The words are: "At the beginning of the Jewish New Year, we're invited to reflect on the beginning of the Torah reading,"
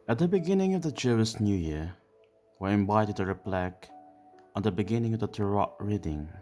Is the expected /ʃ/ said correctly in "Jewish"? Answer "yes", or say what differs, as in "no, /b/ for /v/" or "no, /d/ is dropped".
no, /s/ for /ʃ/